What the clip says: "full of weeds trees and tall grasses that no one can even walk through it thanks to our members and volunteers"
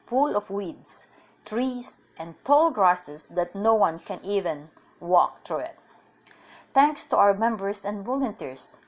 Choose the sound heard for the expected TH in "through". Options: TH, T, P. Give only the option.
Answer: T